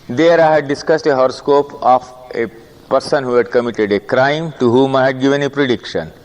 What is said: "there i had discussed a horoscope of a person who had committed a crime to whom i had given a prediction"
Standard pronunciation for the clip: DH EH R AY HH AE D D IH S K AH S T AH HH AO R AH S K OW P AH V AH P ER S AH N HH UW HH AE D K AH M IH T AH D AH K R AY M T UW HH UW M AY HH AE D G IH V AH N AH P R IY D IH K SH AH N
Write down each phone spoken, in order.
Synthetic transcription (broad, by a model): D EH R AY HH AE D D IH S K AH S T AH HH AO R AH S K OW P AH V AH P ER S AH N HH UW HH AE D K AH M IH T AH D AH K R AY M T UW HH UW M AY HH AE D G IH V AH N AH P R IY D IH K SH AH N